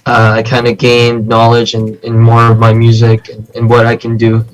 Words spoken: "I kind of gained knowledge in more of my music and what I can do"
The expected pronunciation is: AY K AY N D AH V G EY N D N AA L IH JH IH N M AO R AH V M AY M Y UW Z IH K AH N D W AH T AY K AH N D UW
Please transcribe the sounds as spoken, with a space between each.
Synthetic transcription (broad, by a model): AY K AY N D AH G EY N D N AA L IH JH IH N M AO R AH V M AY M Y UW Z IH K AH N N W AH T AY K AH N D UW